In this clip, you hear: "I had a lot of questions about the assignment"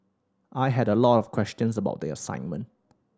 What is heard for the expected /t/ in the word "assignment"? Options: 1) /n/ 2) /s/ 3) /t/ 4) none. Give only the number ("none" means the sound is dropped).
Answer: 3